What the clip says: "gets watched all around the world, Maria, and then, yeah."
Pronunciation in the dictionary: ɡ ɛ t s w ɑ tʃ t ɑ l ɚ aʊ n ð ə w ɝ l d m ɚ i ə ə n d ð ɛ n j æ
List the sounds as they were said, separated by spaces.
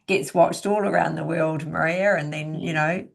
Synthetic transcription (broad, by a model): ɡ ɛ t s w ɑ tʃ t ɑ l ɚ aʊ n ð ə w ɝ l d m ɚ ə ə n ð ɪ n j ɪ